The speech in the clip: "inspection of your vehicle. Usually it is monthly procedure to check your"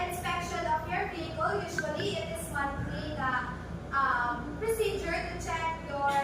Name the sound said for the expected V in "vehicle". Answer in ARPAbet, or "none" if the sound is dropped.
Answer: P